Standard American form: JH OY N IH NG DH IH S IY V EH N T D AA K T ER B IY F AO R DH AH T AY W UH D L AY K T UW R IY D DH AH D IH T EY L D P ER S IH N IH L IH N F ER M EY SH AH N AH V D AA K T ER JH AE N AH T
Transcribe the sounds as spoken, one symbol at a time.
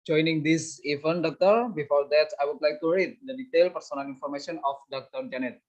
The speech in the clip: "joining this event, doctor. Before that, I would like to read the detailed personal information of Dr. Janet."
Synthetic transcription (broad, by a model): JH OY N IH NG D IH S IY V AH N D AA K T ER B IY F AO R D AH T AY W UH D L AY K T UW R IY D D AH D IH T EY L P ER S IH N IH L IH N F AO M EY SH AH N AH F D AA K T ER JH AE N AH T